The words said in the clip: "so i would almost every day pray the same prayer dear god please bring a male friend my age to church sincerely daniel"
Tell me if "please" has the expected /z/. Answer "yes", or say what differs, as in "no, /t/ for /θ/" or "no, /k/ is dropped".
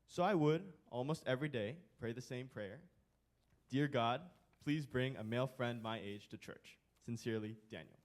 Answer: yes